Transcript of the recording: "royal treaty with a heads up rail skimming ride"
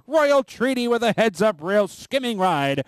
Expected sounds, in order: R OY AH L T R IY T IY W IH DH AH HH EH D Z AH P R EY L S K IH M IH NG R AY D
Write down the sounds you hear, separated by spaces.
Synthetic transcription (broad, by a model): R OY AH L T R IY T IY W IH DH AH HH EH D Z AH P R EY L S K IH M IH NG R AY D